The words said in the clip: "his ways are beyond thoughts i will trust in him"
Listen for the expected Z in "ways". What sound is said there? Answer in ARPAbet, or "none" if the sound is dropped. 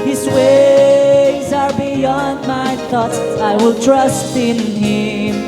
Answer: Z